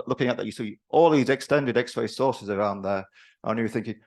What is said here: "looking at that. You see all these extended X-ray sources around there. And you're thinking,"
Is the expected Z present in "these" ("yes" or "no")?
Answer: yes